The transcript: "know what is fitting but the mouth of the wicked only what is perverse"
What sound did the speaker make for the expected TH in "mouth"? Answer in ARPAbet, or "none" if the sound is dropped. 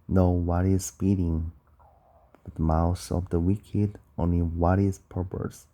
S